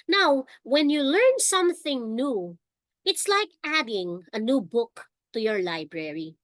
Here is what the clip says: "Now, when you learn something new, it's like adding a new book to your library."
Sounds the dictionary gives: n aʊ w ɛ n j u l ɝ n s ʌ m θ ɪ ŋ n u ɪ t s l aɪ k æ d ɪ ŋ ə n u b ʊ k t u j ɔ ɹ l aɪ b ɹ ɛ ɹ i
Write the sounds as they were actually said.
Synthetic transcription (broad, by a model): n aʊ w ɛ n j u l ɝ n s ʌ m θ ɪ ŋ n u ɪ t s l aɪ k æ d ɪ ŋ ə n u b ʊ k t u j ɔ ɹ l aɪ b ɹ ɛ ɹ i